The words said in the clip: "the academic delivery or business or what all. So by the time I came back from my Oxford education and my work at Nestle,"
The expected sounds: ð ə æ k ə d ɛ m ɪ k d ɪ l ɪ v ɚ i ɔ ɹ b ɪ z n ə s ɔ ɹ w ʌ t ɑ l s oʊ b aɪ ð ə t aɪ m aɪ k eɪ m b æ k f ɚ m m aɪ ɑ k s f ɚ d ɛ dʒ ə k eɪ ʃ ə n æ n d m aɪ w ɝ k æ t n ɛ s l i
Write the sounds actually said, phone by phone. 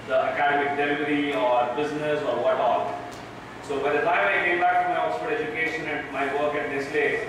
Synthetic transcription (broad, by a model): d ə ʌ k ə d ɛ m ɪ k d ɪ l ɪ v ɚ i ɔ ɹ b ɪ z n ə s ɔ ɹ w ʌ t ɑ l s oʊ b aɪ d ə t aɪ m aɪ k eɪ m b æ k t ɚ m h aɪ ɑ s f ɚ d ɛ dʒ ə k eɪ ʃ ə n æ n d m aɪ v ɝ k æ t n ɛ s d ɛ